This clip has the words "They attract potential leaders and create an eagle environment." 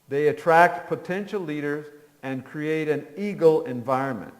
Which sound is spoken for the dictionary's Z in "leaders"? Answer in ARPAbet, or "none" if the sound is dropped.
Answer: Z